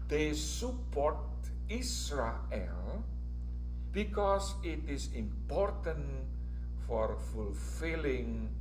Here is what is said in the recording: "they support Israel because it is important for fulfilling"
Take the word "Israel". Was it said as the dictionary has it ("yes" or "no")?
no